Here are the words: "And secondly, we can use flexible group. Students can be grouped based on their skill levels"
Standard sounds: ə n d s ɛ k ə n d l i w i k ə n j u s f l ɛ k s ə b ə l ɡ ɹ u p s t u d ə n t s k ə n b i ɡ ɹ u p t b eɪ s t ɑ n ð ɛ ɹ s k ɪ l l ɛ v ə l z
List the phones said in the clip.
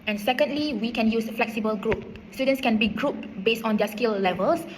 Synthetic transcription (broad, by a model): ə n s ɛ k ə n d l i w i k ə n j u s f l ɛ k s ə b ə l ɡ ɹ u p s t u d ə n s k ə n b i ɡ ɹ u p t b eɪ s t ɑ n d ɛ s k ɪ l l ɛ v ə l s